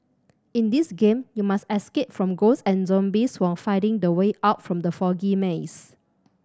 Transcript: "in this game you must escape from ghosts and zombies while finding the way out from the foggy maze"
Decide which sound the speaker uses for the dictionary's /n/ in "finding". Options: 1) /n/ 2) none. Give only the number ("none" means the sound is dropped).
2